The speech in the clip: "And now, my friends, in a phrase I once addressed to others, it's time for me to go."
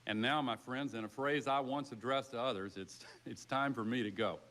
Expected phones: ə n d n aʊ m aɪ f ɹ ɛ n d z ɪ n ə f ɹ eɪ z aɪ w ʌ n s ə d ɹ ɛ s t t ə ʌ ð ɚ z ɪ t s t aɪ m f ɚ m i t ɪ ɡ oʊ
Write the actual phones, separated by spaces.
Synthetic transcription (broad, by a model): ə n n aʊ m aɪ f ɹ ɛ n d z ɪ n ə f ɹ eɪ z aɪ w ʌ n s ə d ɹ ɛ s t t ə ʌ ð ɚ z ɪ t s t aɪ m f ɚ m i t ɪ ɡ oʊ